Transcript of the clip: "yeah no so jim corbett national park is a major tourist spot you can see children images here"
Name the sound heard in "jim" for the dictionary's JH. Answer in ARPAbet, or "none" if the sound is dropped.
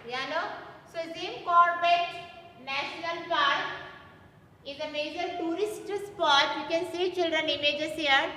Z